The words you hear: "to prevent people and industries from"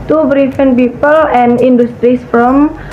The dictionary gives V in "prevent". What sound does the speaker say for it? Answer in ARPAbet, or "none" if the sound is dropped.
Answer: F